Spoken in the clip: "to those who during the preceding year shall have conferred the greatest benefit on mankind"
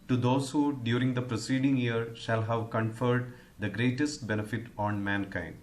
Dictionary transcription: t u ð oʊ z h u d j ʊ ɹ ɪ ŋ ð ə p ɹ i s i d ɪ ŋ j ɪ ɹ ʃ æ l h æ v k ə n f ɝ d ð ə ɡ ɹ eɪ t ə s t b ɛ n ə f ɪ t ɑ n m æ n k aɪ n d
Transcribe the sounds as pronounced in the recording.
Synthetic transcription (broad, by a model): t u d oʊ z h u d j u ɹ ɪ ŋ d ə p ɹ i s i d ɪ ŋ j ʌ ɹ ʃ æ l h æ v k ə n f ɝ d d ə ɡ ɹ eɪ t ə s t b ɛ n ə f ɪ t ɑ n m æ n k aɪ n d